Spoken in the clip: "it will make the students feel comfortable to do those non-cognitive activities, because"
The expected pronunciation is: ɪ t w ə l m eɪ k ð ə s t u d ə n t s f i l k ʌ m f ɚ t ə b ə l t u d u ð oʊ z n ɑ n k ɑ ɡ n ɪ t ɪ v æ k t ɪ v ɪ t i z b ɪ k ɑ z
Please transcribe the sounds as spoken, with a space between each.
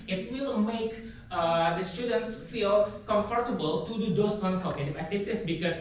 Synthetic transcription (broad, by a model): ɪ t w ə l m eɪ k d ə s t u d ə n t s f i l k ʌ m f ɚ t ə b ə l t u d u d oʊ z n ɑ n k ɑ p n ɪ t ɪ æ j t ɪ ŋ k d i s b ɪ k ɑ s